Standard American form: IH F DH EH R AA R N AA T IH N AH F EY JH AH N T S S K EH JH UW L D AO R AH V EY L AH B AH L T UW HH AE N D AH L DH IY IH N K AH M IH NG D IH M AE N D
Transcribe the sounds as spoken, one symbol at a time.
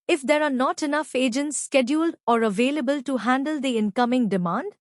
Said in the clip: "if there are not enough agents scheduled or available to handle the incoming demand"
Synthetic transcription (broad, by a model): IH F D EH R AA R N AA T IH N AH F EY JH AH N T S S K EH JH UW L D AO R AH V EY L AH B AH L T UW HH AE N D AH L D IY IH N K AH M IH NG D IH M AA N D